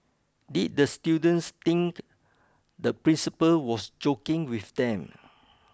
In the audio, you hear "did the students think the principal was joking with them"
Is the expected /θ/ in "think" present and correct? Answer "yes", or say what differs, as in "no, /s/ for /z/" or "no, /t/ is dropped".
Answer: no, /t/ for /θ/